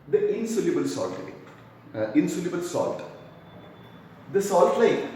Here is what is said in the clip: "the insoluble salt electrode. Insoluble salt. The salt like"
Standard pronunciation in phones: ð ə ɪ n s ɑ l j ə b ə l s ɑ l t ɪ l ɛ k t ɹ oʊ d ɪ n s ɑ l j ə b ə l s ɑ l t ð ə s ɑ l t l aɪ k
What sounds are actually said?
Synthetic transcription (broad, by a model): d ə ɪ n s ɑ l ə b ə l s ɑ l t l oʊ ɪ n s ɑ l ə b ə l s ɑ l t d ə s ɑ l t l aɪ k